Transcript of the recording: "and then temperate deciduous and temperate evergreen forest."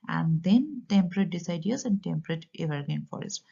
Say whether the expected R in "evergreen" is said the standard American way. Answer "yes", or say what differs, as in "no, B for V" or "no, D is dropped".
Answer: no, R is dropped